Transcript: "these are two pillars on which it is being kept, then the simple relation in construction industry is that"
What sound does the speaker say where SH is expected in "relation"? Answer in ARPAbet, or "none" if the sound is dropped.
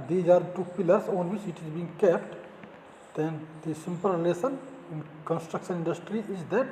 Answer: S